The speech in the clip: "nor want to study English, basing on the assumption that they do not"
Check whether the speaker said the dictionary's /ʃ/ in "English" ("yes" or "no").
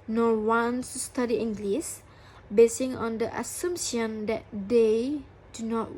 no